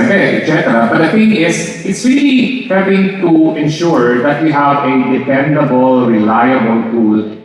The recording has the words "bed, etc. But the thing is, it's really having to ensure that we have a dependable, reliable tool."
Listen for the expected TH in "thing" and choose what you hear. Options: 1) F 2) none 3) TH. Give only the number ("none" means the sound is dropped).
1